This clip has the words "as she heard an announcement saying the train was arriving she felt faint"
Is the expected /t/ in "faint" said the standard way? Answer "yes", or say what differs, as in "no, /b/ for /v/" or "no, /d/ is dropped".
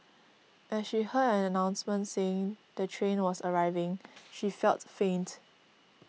yes